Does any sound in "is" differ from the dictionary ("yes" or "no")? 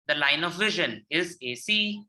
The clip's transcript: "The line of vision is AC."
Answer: no